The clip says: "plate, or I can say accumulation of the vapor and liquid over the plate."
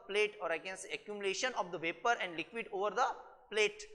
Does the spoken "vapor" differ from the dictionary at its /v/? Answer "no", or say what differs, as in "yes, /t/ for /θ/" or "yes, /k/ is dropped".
no